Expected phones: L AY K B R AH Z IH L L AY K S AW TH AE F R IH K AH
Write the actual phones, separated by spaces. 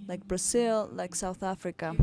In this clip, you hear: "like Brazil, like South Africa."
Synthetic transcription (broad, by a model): L AY K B R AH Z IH L L AY K S AW TH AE F R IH K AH